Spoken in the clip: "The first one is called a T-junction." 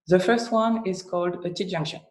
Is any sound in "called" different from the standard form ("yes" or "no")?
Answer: no